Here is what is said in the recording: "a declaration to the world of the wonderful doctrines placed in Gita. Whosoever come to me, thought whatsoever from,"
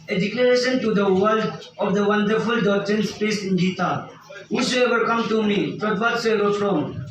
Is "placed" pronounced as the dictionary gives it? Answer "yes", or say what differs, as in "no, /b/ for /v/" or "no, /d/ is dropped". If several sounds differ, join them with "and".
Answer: no, /l/ is dropped and /t/ is dropped